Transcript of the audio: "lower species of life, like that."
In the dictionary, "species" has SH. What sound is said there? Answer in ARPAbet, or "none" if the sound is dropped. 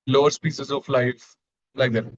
S